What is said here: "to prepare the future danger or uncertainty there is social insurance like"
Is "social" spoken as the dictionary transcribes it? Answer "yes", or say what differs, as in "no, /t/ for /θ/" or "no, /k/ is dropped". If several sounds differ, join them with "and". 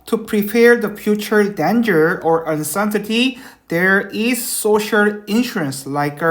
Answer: yes